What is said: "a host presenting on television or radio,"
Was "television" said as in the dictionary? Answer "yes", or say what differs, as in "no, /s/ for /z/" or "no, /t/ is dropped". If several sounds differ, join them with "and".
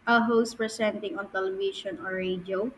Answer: no, /ʃ/ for /ʒ/